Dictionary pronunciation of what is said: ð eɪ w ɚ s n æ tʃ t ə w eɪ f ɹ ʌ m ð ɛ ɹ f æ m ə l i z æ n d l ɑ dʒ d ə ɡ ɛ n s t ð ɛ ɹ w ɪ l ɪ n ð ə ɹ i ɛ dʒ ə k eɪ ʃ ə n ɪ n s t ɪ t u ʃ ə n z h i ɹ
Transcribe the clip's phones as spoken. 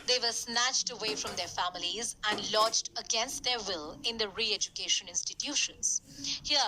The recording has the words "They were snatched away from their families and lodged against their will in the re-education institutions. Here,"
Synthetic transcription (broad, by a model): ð eɪ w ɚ s n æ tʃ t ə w eɪ f ɹ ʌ m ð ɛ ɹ f æ m ə l i z æ n d l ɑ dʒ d ə ɡ ɛ n s t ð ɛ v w ɪ l ɪ n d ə ɹ i ɛ dʒ ə k eɪ ʃ ə n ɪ n s t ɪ t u ʃ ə n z h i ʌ